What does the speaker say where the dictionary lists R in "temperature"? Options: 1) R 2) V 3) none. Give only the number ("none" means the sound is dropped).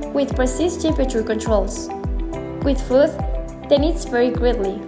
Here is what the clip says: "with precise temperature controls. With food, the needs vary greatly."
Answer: 3